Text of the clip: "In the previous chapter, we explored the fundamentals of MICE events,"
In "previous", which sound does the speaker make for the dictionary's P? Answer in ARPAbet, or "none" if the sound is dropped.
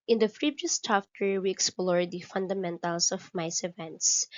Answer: F